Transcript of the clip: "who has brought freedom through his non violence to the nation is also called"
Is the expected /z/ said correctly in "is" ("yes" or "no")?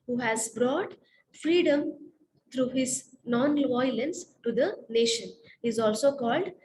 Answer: yes